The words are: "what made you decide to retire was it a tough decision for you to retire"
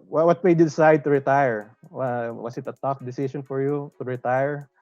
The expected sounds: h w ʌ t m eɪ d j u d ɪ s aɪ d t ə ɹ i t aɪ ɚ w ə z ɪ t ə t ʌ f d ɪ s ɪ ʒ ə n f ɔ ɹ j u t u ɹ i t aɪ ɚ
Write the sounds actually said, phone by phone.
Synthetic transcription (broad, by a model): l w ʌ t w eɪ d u d ɪ s aɪ d t ə ɹ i t aɪ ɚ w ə s ɪ t ə t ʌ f d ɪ s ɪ ʃ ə n f ɔ ɹ j u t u ɹ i t aɪ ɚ